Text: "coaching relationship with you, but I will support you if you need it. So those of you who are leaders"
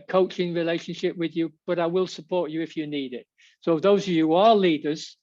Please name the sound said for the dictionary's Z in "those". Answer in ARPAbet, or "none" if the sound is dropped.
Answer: Z